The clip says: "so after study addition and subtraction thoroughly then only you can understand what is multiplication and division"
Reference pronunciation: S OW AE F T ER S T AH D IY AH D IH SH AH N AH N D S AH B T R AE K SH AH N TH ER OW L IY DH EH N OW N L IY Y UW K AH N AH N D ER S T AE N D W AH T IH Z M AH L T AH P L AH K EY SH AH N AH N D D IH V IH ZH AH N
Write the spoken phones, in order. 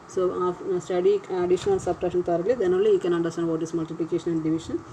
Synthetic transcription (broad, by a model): S OW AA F S T AH D IY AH D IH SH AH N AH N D S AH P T R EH SH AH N T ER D L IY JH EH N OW L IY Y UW K AH N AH N D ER S T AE N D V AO T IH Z M AH L T AH P L AH K EY SH AH N AH N D D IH V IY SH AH N